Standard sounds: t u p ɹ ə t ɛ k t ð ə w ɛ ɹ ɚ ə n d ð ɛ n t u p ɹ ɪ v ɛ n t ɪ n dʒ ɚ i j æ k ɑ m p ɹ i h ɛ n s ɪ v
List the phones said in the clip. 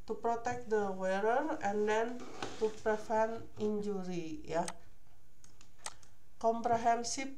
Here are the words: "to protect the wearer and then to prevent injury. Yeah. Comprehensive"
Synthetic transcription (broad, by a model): t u p ɹ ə t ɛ k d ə w ɛ ɹ ɚ ə n d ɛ n t u p ɹ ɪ f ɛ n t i n dʒ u i j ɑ k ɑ m p ɹ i h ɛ n s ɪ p